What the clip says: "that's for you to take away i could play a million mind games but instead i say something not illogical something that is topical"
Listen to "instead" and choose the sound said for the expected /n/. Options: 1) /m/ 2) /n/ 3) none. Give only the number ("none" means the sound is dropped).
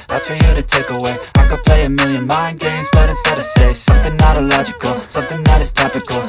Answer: 3